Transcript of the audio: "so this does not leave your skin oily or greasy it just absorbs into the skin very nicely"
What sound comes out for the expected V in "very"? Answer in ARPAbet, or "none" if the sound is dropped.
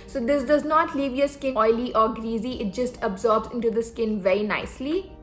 V